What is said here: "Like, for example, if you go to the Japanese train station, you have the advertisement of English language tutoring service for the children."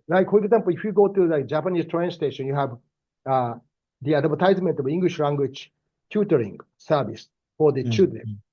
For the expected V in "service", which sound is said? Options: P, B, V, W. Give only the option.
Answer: B